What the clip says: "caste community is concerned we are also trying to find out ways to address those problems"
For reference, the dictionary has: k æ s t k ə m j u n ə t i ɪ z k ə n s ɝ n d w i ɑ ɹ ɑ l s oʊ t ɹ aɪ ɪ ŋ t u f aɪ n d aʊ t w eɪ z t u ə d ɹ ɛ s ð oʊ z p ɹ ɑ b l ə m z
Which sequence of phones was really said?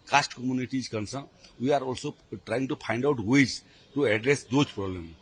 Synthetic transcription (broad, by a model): k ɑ s t k ə m j u n ə t i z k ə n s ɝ w i ɑ ɹ ɑ l s oʊ t ɹ aɪ ɪ ŋ t u p aɪ n d aʊ t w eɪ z t u ə d ɹ ɛ s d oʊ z p ɹ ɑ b l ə m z